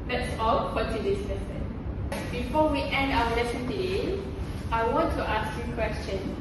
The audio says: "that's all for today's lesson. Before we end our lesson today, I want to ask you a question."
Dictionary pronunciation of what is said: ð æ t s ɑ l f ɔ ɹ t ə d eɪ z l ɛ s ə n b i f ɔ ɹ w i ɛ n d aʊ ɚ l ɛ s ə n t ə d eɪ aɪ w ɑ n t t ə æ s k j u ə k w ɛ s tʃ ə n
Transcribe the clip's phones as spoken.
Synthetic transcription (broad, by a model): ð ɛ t s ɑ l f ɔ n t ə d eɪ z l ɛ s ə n b i f ɔ w i ɛ n d aʊ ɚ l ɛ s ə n t ə d eɪ aɪ w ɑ n t t ə s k j u k w ɛ s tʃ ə n